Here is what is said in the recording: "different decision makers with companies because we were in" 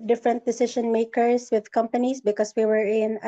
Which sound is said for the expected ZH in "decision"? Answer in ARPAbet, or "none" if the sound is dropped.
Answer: SH